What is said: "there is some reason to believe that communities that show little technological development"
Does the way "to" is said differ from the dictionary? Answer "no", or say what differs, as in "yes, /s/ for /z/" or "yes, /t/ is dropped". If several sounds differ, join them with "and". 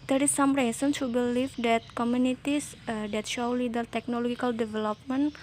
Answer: yes, /s/ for /t/